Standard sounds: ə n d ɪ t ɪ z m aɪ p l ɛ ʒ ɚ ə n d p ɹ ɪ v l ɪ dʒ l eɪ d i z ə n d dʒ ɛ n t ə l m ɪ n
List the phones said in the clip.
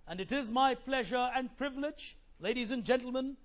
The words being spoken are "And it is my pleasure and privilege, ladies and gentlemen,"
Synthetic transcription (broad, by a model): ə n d ɪ t ɪ z m aɪ p l ɛ ʒ ɚ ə n p ɹ ɪ v l ɪ dʒ l eɪ d i z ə n dʒ ɛ n t l m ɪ n